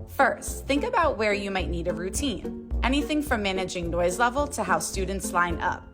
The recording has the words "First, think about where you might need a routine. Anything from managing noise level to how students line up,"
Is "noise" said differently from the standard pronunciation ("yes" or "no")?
no